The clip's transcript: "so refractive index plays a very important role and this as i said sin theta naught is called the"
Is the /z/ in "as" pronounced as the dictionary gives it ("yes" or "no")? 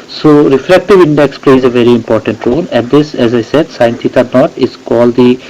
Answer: yes